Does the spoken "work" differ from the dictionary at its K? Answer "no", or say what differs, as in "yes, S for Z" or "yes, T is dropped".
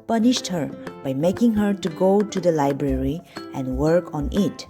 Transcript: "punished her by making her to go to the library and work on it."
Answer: no